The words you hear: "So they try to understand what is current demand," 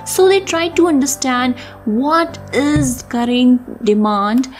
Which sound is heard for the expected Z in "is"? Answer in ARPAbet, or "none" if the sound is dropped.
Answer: Z